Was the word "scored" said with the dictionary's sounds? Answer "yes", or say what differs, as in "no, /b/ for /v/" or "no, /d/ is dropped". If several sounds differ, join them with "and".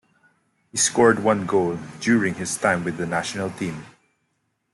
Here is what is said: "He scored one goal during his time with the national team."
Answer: yes